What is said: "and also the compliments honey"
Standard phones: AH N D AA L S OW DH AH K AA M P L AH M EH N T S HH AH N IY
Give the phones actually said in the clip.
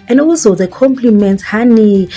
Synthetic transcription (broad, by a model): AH N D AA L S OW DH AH K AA M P L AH M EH N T HH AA N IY